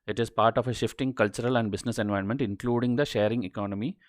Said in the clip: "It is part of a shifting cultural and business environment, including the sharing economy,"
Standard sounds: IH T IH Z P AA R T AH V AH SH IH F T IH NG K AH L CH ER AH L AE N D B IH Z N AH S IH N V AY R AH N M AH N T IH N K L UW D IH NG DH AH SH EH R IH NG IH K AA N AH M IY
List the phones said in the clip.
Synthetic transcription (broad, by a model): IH T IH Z P AA R T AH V AH SH IH F T IH NG K AH L CH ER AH L AE N D B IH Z N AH S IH N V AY AH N M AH N T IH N K L UW D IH NG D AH SH EH R IH NG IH K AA N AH M IY